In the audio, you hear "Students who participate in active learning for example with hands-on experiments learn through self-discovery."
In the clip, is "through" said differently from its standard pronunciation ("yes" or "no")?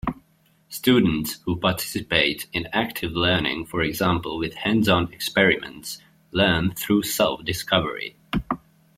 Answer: no